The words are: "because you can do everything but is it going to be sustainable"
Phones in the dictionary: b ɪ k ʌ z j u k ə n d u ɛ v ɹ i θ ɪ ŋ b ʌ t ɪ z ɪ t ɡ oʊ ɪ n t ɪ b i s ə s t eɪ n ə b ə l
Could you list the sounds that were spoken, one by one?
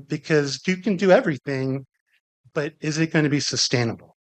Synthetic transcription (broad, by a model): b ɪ k ʌ z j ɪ k ə n d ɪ ɛ v ɹ i θ ɪ ŋ b ʌ t ɪ z ɪ t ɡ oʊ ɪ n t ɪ b i s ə s t eɪ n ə b l